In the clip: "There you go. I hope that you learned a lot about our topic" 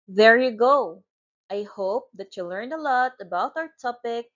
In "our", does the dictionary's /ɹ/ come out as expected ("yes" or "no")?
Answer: yes